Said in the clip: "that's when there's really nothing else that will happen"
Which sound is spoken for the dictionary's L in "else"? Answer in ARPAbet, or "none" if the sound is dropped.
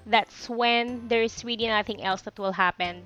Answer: L